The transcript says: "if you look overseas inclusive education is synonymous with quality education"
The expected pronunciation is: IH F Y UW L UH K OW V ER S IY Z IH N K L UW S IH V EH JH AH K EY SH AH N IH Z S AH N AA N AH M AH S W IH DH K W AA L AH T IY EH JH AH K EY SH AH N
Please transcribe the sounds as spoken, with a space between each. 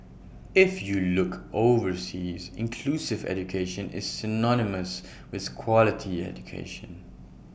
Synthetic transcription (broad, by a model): IH F Y UW L UH K OW V ER S IY Z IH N K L UW S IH V EH JH AH K EY SH AH N IH Z S AH N AA N AH M AH S W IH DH K W AA L AH T IY EH JH AH K EY SH AH N